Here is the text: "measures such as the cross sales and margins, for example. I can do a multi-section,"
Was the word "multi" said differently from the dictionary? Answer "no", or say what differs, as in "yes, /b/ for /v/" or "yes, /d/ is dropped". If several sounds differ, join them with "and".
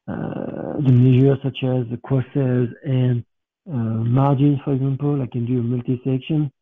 no